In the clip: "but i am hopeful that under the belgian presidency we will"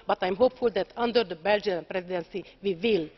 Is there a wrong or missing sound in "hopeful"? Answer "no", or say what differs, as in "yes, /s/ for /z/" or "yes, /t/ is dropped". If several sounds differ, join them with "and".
no